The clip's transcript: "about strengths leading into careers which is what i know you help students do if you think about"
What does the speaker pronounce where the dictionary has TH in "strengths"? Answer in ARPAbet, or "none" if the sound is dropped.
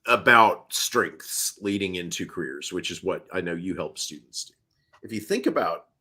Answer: TH